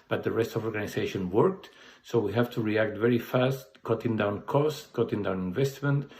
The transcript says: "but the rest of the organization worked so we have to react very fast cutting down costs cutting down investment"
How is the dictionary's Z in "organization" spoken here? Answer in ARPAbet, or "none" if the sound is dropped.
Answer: S